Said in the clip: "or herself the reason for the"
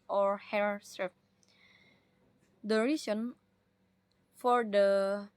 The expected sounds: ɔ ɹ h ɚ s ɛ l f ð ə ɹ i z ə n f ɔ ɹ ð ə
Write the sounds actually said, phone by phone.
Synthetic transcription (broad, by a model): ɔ ɹ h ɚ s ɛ f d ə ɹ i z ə n f ɔ ɹ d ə